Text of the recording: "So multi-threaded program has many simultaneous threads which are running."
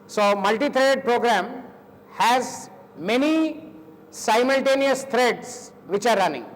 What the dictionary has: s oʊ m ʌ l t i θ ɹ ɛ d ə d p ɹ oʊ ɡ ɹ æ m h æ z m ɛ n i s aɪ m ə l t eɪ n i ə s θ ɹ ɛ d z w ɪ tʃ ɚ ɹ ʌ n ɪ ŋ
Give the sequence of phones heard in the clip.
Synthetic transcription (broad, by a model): s oʊ m ʌ l t i t ɹ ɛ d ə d p ɹ oʊ ɡ ɹ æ m h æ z m ɛ n i s aɪ m ə l t eɪ n i ə s t ɹ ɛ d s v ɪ tʃ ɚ ɹ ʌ n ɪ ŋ